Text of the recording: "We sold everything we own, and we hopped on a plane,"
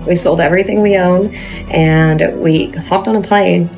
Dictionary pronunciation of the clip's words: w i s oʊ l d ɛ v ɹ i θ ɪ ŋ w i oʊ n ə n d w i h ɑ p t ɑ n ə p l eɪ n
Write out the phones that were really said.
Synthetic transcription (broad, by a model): w i s oʊ l d ɛ v ɹ i θ ɪ ŋ w i oʊ n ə n w i h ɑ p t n ə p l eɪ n